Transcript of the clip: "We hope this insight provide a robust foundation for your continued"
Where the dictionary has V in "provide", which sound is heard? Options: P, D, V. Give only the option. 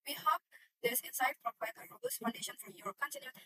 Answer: P